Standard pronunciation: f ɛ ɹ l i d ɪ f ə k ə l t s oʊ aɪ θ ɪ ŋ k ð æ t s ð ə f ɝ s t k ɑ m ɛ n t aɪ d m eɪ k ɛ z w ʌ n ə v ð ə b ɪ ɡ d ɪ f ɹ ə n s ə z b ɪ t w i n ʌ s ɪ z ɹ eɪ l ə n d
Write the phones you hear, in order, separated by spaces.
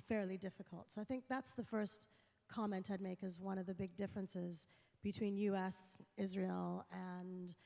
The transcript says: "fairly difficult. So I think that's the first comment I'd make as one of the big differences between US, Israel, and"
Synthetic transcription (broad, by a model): f ɛ ɹ l i d ɪ f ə k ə l t s oʊ aɪ θ ɪ ŋ k ð æ t s ð ə f ɝ s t k ɑ m ɛ n t aɪ d m eɪ k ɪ z w ʌ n ə v ð ə b ɪ ɡ d ɪ f ɹ ə n s ə z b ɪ t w i n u s ɪ z ɹ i l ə n